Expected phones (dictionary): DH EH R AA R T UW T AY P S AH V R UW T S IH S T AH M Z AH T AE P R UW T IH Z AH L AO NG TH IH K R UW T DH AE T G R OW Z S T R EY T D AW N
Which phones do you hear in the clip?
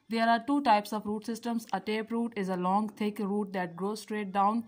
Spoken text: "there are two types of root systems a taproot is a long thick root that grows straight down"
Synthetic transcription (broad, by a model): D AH R AA R T UW T AY P S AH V R UW T S IH S T AH M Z AH T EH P R UW T IH Z AH L AO NG T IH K R UW T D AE T G R OW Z S T R EY T D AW N